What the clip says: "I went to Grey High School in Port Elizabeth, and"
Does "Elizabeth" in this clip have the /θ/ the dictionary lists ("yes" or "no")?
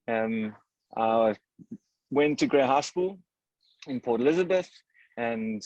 yes